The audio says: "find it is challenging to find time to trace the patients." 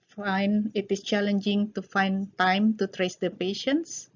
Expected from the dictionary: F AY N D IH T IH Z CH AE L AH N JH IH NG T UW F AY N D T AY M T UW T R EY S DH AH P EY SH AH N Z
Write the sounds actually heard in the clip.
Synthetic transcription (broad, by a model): F AY N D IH T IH S CH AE L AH N JH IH NG T UW F AY N T AY M T UW T R EY S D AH P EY SH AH N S